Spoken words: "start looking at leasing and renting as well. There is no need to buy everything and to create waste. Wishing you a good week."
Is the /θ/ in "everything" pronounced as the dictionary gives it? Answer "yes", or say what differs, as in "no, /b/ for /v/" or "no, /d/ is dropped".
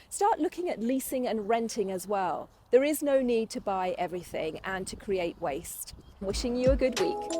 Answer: yes